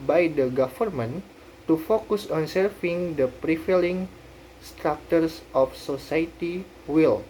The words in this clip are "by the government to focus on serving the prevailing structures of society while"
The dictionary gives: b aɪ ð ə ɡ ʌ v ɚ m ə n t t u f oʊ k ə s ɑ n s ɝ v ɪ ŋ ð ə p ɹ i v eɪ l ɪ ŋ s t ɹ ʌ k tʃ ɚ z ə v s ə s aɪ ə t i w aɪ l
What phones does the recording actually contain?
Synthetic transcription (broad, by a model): b aɪ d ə ɡ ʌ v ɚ m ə n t t u f oʊ k ə s ɑ n s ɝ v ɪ ŋ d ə p ɹ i f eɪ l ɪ ŋ s t ɹ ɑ k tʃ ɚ s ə f s ə s aɪ ə t i w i l